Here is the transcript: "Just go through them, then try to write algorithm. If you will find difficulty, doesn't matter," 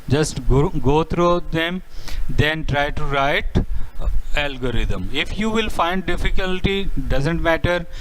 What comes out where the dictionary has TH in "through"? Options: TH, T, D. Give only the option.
T